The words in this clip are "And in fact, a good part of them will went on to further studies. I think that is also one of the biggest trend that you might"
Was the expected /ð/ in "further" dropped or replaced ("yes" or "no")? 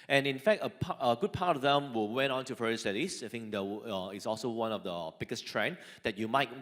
yes